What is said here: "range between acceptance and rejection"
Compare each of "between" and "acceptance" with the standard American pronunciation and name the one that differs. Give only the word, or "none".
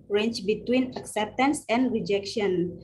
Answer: none